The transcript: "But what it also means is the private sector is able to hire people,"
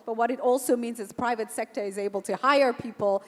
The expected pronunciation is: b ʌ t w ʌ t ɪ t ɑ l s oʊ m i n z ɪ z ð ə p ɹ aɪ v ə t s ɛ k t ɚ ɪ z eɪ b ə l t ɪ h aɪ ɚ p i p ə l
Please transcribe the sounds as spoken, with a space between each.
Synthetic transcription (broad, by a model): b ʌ t w ʌ t ɪ t ɑ l s oʊ m i n z ɪ z p ɹ aɪ v ə t s ɛ k t ɚ ɪ z eɪ b ə l t ɪ h aɪ ɚ p i p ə l